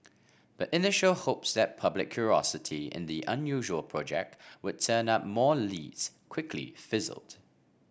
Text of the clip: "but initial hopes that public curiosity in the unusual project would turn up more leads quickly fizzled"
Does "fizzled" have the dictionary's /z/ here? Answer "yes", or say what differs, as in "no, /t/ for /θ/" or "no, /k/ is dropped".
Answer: yes